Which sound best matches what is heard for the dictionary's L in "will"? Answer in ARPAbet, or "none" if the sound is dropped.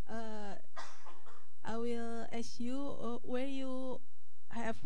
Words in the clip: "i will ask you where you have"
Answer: L